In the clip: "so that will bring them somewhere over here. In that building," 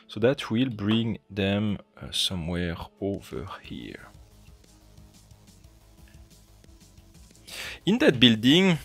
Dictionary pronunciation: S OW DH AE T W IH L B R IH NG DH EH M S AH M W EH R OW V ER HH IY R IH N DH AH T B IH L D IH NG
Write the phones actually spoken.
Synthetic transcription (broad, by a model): S OW DH AE T W IH L B R IH NG DH EH M S AH M W EH R OW V ER HH IY R IH N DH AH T B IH L D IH NG